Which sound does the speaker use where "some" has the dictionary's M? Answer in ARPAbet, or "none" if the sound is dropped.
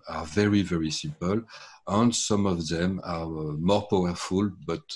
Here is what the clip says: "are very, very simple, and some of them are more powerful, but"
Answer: M